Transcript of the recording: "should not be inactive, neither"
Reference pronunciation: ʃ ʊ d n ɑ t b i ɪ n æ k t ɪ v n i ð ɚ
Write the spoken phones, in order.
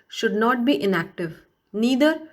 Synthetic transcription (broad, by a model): ʃ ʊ d n ɑ t b i ɪ n æ k t ɪ v n i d ɚ